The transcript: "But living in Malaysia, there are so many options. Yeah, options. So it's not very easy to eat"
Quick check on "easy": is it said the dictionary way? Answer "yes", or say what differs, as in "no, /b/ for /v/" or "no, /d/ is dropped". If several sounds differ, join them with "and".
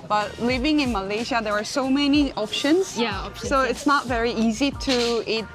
yes